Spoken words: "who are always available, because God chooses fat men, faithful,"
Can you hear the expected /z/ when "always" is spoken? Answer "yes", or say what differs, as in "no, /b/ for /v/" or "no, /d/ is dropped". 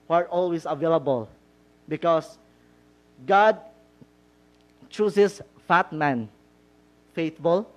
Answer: no, /s/ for /z/